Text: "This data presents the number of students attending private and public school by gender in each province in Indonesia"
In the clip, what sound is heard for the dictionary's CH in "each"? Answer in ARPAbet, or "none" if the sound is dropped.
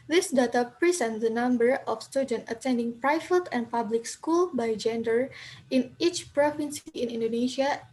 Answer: CH